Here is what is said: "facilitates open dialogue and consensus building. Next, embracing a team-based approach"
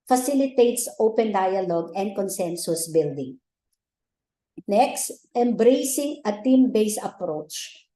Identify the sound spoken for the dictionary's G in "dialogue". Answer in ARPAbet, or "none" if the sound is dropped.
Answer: G